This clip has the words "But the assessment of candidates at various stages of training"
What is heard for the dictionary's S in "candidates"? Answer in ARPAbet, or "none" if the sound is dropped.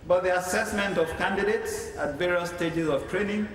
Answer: S